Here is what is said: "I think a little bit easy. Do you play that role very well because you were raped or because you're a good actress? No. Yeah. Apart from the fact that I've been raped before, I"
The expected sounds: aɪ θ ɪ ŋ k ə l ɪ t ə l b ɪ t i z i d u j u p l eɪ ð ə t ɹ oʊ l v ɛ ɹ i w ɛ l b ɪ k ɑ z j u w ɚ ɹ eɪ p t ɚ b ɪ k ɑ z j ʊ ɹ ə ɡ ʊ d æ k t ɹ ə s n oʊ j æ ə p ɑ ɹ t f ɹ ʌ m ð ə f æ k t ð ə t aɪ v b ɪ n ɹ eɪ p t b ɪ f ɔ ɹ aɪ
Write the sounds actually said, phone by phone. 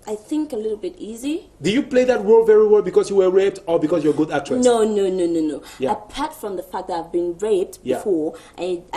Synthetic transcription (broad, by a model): aɪ θ ɪ ŋ k ə l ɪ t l b ɪ t i z i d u j u p l eɪ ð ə t ɹ oʊ l v ɛ ɹ i w ɛ l b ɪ k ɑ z j u w ɚ ɹ eɪ p t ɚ b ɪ k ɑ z j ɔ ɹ ɡ ʊ d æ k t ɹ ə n n oʊ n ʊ ə p ɑ ɹ t f ɹ ʌ m ð ə f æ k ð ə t aɪ v b ɪ n ɹ eɪ p t b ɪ f ɔ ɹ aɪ